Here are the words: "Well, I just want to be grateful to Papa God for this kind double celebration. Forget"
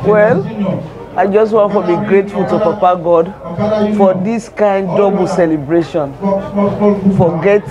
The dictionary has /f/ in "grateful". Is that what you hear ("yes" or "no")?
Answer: yes